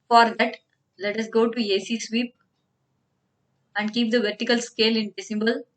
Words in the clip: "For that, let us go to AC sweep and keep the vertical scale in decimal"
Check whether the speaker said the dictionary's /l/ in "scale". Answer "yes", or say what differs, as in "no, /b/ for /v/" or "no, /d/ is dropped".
yes